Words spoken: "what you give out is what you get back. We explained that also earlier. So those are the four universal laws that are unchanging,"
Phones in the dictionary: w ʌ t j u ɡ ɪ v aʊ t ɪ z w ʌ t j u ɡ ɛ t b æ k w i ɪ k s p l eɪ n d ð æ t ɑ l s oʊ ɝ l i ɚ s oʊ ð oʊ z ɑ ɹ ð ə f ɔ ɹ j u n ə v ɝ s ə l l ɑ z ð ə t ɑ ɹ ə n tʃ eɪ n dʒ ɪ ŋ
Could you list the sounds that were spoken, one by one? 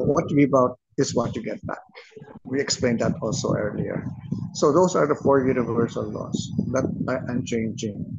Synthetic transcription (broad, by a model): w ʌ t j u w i b aʊ t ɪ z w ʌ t j u ɡ ɛ t b æ k w i ɪ k s p l eɪ n d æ t ɑ l s oʊ ɝ l i ɚ s oʊ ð oʊ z ɑ ɹ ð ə f ɔ ɹ j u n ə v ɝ s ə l l ɑ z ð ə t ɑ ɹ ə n tʃ eɪ n dʒ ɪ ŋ